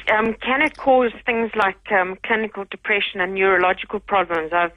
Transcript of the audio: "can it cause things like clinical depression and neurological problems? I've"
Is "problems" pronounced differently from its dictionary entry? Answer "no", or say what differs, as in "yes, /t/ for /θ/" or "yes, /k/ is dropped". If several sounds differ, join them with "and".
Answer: no